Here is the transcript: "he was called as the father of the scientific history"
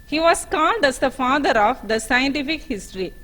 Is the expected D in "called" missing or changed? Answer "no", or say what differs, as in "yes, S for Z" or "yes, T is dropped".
no